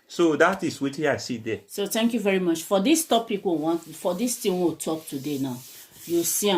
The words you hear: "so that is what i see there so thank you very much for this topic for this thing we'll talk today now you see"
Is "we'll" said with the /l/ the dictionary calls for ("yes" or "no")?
no